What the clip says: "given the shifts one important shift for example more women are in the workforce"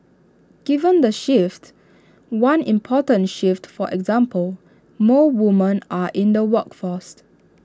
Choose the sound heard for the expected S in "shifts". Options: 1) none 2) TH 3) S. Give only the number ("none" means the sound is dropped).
1